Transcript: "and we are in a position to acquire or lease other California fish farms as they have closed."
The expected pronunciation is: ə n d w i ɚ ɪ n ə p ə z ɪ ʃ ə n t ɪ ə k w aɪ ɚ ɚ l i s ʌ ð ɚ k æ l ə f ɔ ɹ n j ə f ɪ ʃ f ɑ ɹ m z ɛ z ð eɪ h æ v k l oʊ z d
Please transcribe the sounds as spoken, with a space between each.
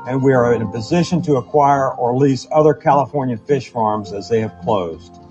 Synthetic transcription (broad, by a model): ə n w i ɚ ɪ n ə p ə z ɪ ʃ ə n t ɪ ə k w aɪ ɚ ɚ l i s ʌ ð ɚ k æ l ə f ɔ ɹ n j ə f ɪ ʃ f ɑ ɹ m z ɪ z ð eɪ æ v k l oʊ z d